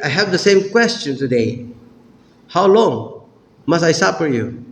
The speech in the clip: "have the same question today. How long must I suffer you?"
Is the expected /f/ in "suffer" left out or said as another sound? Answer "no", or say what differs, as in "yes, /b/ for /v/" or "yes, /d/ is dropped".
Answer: yes, /p/ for /f/